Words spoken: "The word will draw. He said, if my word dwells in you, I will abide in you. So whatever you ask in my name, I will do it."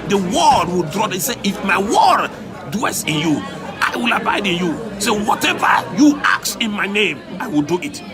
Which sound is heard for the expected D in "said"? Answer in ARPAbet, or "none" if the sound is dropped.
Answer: none